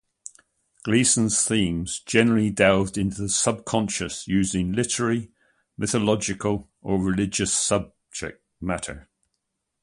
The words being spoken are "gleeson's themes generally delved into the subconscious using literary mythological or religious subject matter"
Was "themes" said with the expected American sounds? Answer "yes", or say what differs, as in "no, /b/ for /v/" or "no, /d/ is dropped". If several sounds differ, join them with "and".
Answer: yes